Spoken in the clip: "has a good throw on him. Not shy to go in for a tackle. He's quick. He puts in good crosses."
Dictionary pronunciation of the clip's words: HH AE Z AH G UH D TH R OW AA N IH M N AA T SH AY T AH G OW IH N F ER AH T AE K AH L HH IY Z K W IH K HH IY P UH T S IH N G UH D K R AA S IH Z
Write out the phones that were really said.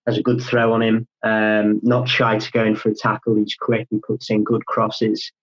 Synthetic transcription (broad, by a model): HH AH Z AH G UH D TH R OW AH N IH M N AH T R AY T AH G OW IH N F ER AH T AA K AH L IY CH K W IH K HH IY P UH T S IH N G UH D K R AA S IH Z